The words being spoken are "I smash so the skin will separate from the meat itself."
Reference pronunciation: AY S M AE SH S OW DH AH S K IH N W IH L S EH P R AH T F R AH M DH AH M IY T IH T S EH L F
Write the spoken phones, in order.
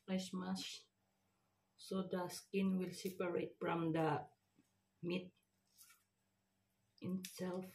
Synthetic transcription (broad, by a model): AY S M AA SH S OW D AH S K IH N W IH L S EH P R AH T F R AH M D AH M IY T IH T S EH L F